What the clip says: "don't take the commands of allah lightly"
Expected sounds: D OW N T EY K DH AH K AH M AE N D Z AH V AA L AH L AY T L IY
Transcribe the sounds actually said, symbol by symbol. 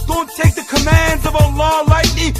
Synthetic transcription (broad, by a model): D OW N T EY K DH AH K AH M AE N D Z AH V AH L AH L AY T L IY